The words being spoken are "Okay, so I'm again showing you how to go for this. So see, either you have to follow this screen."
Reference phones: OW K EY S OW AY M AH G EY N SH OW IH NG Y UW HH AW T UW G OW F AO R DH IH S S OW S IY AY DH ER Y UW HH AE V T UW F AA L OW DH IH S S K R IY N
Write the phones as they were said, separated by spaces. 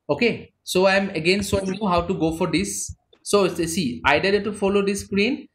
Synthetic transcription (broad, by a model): OW K EY S OW AY M AH G EY N S OW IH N Y UW HH AW T UW G OW F AO R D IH S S S IY AY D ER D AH T UW F AA L OW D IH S S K R IY N